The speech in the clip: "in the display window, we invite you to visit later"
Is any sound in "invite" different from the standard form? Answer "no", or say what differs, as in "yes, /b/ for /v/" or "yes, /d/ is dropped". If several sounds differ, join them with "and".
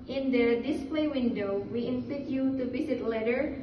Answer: yes, /f/ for /v/